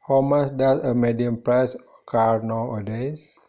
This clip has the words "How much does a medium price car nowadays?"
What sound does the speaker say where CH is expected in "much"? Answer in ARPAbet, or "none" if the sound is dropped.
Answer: S